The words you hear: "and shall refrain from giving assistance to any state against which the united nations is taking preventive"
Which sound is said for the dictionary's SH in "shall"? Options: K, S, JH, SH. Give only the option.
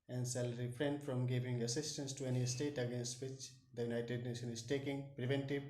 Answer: S